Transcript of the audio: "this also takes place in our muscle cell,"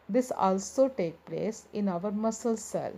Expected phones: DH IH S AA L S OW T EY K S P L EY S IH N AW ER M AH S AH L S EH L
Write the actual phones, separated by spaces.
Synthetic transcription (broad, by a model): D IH S AA L S OW T EY K P L EY S IH N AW ER M AH S AH L S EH L